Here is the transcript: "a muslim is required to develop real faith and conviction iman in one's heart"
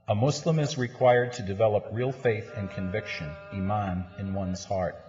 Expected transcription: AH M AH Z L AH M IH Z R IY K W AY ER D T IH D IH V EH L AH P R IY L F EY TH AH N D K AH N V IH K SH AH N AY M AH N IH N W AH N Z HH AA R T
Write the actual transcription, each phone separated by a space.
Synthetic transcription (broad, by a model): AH M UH S L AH M IH Z R IY K W AY ER D T IH D IH V EH L AH P R IY L F EY TH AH N K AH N V IH K SH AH N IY M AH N IH N W AH N Z HH AA R T